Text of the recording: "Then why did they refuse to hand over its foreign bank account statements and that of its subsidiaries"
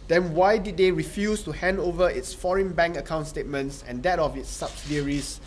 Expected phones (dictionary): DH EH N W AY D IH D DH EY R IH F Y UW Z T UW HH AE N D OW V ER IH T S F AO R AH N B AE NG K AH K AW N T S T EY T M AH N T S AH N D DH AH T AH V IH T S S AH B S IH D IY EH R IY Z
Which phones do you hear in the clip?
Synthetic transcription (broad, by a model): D EH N W AY D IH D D EY R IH F Y UW S T UW HH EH N D OW V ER IH T S F AO R AH N B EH NG K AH K AW N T S T EY T M AH N T S AH N D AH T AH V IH T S S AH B S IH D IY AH R IY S